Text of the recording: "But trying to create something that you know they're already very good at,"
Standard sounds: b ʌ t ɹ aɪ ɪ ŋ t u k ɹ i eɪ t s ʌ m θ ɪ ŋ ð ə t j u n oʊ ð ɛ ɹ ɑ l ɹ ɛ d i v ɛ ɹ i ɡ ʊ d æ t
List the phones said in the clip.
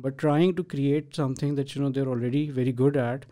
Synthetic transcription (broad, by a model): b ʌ t ɹ aɪ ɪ ŋ t u k ɹ i eɪ t s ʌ m t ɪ ŋ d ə t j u n oʊ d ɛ ɹ ɑ l ɹ ɛ d i v ɛ ɹ i ɡ ʊ d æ t